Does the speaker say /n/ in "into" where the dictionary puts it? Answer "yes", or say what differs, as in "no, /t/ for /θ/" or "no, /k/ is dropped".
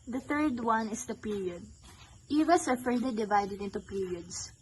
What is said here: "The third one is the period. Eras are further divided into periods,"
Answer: yes